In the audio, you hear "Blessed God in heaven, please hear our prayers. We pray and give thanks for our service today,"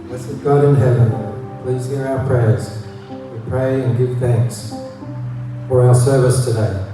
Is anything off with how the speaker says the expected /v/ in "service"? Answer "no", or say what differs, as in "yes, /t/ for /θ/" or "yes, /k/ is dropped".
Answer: no